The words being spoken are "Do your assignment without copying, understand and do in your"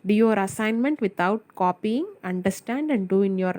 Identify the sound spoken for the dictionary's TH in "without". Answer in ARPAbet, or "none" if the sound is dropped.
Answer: T